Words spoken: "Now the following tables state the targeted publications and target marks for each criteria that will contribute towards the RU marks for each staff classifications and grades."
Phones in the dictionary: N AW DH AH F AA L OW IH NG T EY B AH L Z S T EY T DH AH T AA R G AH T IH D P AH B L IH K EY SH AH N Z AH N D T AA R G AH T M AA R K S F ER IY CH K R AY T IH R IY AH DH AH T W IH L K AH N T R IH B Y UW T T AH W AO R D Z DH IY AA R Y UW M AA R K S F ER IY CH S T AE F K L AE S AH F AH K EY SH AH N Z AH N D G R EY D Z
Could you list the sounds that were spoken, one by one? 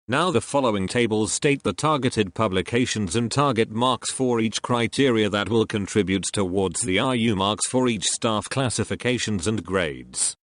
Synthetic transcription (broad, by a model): N AW DH AH F AA L OW IH NG T EY B AH L Z S T EY T DH AH T AA R G AH T IH D P AH B L IH K EY SH AH N Z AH N T AA R G AH T M AA R K S F ER IY CH K R AY T IH R IY AH DH AH T W IH L K AH N T R IH B Y UW T T AH W AO R D Z DH IY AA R Y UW M AA R K S F ER IY CH S T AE F K L AE S AH F AH K EY SH AH N Z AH N G R EY D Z